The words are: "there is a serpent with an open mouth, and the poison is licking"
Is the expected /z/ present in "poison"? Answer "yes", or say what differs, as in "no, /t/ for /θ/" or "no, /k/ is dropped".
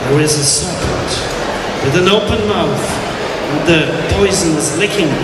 yes